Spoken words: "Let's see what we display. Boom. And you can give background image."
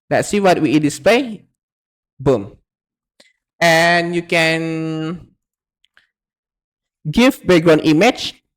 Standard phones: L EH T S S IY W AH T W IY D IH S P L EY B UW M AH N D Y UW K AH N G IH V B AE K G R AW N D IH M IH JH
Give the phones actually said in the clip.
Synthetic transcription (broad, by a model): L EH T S S IY W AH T W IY D IH S P L EY B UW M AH N Y UW K AH N G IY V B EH G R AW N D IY M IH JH